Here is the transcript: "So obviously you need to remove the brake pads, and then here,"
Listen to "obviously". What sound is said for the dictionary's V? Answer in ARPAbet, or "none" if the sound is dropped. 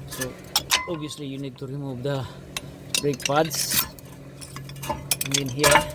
none